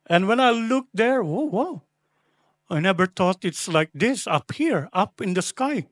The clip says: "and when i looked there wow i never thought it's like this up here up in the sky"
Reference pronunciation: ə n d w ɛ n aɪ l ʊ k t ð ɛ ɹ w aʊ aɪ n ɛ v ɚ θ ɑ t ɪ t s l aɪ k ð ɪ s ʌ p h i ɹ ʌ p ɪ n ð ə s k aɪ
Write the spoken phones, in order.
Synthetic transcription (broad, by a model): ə n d w ɛ n aɪ l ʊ k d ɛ ɹ w aʊ aɪ n ɛ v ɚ t ɑ t ɪ t s l aɪ k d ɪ s ʌ p h i ɹ ʌ p ɪ n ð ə s k aɪ